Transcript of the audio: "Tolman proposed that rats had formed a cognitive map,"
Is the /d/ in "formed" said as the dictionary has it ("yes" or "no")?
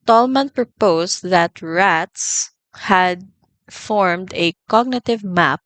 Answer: yes